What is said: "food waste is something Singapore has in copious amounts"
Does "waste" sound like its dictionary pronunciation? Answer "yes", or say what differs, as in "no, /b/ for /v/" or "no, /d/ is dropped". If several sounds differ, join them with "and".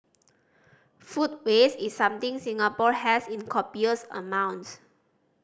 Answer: no, /t/ is dropped